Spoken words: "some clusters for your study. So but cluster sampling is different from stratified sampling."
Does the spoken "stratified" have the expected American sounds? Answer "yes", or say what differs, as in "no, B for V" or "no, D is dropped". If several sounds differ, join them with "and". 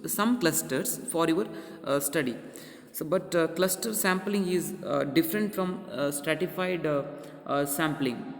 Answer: yes